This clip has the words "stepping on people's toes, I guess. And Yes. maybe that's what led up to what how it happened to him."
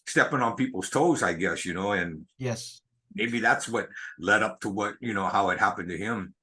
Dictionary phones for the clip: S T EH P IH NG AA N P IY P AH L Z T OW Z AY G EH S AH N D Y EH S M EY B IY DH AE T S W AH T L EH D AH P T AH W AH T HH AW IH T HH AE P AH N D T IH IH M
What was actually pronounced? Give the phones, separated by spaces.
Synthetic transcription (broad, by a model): S T EH P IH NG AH N P IY P L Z T OW Z AY G EH S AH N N Y EH S M EY B IY DH AE T S W AH T L EH D AH P T AH W AH T HH AW IH T HH AE P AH N T IH IH M